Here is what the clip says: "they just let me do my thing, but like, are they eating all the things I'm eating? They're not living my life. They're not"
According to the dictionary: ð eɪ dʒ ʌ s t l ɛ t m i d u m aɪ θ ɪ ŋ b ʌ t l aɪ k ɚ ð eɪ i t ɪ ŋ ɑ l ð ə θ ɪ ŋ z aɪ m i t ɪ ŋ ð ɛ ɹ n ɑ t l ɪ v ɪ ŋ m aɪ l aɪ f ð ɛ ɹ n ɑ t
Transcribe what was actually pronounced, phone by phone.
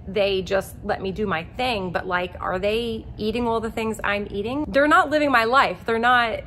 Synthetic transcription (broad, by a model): ð eɪ dʒ ʌ s t l ɛ t m i d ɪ m aɪ θ ɪ ŋ b ʌ t l aɪ k ɚ ð eɪ i t ɪ ŋ ɑ l ð ə θ ɪ ŋ z aɪ m i t ɪ ŋ ð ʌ ɹ n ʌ t l ɪ v ɪ ŋ m aɪ l aɪ f ð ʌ ɹ n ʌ t